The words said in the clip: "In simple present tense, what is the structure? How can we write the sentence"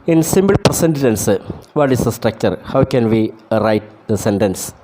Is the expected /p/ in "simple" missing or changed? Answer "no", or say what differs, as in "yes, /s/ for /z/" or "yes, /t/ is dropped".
yes, /b/ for /p/